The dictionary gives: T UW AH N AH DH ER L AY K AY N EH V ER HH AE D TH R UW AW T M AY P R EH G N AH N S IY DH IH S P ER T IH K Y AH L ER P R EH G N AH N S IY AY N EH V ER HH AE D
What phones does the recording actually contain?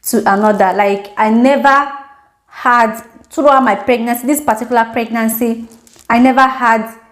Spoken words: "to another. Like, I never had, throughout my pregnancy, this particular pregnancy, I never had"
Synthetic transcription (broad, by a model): T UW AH N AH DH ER L AY K AY N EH V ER HH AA D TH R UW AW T M AY P R EH G N AH N S IY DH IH S P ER T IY K Y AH L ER P R EH G N AH N S IY AY N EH V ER HH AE D